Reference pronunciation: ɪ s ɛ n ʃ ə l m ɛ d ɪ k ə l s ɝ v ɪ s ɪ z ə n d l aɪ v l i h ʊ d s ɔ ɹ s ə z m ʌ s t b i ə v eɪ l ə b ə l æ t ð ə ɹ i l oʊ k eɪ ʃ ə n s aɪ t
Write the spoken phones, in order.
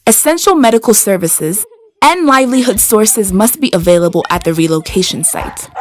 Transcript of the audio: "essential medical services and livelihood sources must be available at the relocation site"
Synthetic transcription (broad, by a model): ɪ s ɛ n ʃ l m ɛ d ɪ k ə l s ɝ v ɪ s ɪ z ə n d l aɪ v l i h ʊ d s ɔ ɹ s ə z m ʌ s t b i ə v eɪ l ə b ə l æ t ð ə ɹ i l oʊ k eɪ ʃ ə n s aɪ t